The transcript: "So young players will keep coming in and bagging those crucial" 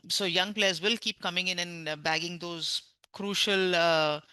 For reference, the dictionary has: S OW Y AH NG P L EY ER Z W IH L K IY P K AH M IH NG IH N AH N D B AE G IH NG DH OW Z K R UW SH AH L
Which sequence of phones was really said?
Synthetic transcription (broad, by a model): S OW Y AH NG P L EY ER Z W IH L K IY P K AH M IH NG IH N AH N B AE G IH NG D OW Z K R UW SH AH L